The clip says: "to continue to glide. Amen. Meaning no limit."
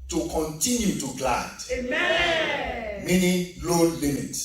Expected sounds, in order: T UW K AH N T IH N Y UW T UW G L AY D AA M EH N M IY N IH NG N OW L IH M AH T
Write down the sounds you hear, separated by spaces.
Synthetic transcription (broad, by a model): T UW K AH N T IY N Y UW T UW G L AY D M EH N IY L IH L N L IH M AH T